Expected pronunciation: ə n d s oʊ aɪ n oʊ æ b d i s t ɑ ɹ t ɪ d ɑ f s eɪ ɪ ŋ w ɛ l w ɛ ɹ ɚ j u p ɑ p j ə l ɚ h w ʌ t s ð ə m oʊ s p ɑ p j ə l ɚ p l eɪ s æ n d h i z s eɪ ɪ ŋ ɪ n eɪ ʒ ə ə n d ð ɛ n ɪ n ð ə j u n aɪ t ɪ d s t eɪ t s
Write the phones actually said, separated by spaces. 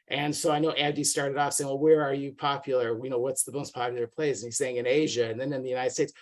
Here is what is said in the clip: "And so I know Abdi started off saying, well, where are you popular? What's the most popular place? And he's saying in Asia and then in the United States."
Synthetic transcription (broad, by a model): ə n s oʊ aɪ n oʊ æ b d i s t ɑ ɹ t ɪ d ɑ f s eɪ ɪ ŋ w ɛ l w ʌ ɹ ɚ j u p ɑ p j l ɚ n w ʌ t s ð ə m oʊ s p ɑ p j l ɚ p l eɪ s n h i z s eɪ ɪ ŋ ɪ n eɪ ʒ ə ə n ð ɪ n ɪ n ð ə j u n aɪ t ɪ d s t eɪ t s